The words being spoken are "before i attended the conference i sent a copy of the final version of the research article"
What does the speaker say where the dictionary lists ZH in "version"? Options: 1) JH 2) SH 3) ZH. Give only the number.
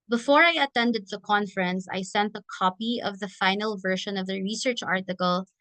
2